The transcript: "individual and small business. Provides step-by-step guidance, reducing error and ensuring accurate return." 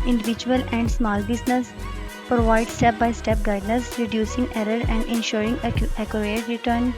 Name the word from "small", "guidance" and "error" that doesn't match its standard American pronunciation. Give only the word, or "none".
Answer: guidance